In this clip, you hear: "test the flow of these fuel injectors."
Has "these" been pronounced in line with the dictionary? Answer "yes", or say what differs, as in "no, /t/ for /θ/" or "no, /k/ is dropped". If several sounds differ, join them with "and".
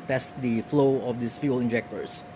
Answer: no, /s/ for /z/